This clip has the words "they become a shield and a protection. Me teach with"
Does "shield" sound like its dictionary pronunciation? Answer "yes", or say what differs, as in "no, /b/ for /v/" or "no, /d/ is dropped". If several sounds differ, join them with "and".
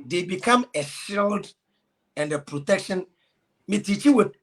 yes